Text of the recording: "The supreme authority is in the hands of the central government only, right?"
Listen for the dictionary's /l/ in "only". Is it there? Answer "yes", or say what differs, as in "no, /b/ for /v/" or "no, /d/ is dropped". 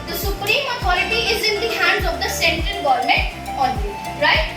no, /l/ is dropped